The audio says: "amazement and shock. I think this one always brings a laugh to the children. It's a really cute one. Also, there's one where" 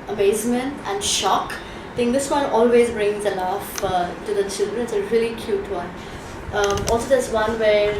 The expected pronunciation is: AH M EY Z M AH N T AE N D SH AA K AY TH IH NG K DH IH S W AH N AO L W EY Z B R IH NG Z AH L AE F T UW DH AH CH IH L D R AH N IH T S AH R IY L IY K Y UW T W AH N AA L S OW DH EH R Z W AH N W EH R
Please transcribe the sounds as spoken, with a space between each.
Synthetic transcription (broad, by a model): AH M EY Z M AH N T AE N D SH AA K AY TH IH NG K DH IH S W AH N AO L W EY Z B R IH NG Z AH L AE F T UW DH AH CH IH L D R AH N IH T S AH R IY L IY K Y UW T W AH N AA L S OW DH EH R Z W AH N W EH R